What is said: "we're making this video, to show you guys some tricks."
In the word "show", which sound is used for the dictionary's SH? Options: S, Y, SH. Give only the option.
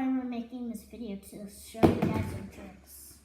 S